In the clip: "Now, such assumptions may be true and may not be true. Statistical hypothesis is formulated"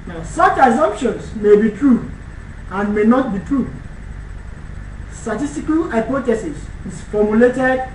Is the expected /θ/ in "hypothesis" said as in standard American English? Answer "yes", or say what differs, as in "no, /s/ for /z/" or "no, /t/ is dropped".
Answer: no, /t/ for /θ/